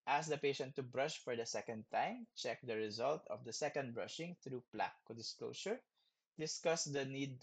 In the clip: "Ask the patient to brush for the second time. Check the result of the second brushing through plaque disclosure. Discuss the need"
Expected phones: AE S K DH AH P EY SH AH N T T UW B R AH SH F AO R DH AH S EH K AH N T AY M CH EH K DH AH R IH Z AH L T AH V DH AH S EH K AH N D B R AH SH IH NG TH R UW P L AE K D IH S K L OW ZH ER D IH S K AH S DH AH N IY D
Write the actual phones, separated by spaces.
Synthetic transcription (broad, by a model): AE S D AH P EY SH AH N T T UW B R AH SH F AO R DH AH S EH K AH N T AY M CH EH K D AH R IH Z AH L T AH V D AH S EH K AH N D B R AH SH IH NG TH R UW P L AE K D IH S K L OW SH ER D IH S K AH S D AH N IY D